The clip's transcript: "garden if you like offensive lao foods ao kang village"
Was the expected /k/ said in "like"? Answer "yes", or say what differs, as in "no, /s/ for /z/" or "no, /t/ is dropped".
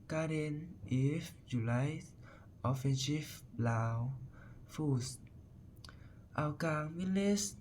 no, /k/ is dropped